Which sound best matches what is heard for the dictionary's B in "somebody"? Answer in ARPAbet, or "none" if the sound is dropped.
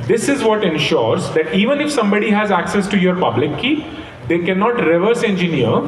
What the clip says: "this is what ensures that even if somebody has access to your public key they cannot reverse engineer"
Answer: B